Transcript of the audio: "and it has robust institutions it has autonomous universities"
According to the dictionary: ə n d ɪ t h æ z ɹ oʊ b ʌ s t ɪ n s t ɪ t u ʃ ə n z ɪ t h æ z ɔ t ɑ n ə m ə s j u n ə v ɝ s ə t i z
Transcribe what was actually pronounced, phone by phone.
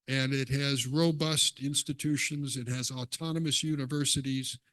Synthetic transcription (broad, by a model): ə n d ɪ t h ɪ z ɹ oʊ b ʌ s t ɪ n s t ɪ t u ʃ ə n z ɪ t h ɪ z ɔ t ɑ n ə m ə s j u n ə v ɝ s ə t i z